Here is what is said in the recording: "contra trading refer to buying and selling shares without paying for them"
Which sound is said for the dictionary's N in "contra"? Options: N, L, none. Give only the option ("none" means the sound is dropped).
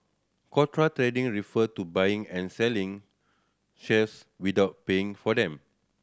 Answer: none